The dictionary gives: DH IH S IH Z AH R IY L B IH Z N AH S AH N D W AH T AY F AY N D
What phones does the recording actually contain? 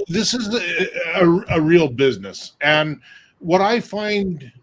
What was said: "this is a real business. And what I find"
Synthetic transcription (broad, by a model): DH IH S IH Z AH R IY L B IH Z N AH S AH N W AH T AY F AY N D